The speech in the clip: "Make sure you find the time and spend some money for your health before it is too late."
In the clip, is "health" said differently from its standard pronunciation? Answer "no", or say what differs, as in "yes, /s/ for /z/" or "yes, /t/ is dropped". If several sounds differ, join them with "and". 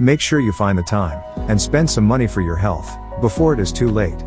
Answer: no